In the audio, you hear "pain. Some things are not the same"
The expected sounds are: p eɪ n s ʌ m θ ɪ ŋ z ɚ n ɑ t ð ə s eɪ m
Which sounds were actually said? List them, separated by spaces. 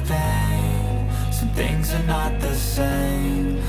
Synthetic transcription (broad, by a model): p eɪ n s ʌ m θ ɪ ŋ z ɚ n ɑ t ð ə s eɪ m